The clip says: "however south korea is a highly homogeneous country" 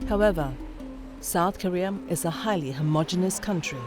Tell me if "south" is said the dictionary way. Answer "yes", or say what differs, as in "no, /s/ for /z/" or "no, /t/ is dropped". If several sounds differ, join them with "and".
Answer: yes